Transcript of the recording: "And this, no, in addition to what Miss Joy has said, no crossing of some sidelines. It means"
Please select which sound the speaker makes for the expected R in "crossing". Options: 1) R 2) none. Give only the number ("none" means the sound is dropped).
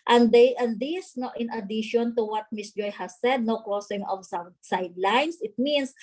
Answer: 2